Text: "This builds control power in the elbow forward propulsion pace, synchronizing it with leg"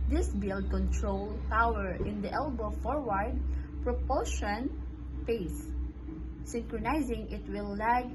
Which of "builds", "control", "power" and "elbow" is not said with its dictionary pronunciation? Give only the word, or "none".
builds